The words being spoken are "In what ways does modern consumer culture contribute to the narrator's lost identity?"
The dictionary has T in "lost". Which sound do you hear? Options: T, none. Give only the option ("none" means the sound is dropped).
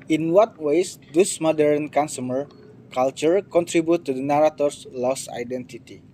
none